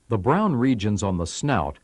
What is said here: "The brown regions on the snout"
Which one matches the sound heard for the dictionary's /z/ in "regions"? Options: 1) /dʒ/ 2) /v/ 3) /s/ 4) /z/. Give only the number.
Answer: 4